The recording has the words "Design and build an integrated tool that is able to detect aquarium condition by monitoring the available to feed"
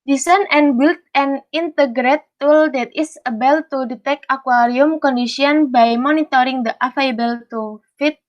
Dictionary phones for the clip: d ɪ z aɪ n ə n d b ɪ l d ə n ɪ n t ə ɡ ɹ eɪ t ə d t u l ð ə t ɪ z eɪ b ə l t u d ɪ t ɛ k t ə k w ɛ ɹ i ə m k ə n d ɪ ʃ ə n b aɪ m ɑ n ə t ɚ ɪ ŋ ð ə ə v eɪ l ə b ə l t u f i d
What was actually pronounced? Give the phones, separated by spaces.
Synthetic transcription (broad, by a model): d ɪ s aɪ n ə n b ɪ l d ə n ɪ n t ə ɡ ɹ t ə t u l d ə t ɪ s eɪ b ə l t u d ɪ t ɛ k ə k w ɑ ɹ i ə m k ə n d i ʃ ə n b aɪ m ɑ n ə t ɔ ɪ ŋ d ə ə f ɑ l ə b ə l t u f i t